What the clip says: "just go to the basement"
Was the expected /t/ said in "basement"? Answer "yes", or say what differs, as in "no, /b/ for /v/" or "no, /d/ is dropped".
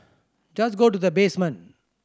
no, /t/ is dropped